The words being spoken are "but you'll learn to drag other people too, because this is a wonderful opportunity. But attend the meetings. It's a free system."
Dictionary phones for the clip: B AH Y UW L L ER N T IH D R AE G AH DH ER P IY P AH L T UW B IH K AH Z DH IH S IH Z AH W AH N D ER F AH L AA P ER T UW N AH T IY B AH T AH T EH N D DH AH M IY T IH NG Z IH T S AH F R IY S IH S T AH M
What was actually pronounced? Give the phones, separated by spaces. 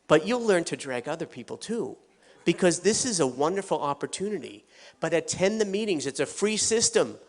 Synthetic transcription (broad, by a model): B AH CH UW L L ER N T IH D R AE G AH DH ER P IY P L T UW B IH K AH Z DH IH S IH Z AH W AH N D ER F L AA P ER T UW N AH T IY B AH T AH T EH N DH AH M IY T IH NG Z IH T S AH F R IY S IH S T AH M